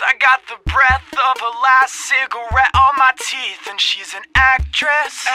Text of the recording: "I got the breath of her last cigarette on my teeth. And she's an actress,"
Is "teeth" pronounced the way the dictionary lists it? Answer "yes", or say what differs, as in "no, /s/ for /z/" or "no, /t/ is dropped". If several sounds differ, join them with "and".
yes